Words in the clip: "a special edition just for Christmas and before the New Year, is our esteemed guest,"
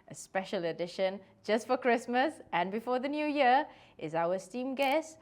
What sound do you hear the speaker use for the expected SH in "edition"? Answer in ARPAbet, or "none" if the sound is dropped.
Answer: SH